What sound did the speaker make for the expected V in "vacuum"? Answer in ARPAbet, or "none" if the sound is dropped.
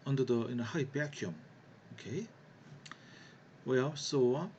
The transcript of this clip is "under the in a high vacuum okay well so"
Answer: B